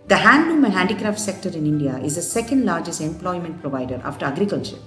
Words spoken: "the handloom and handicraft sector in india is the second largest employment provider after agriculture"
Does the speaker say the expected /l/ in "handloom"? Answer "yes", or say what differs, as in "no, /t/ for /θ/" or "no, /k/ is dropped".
no, /l/ is dropped